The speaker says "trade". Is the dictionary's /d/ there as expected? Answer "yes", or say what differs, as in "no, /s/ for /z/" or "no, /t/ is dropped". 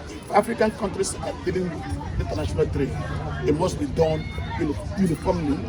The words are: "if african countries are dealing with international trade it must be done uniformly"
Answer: no, /d/ is dropped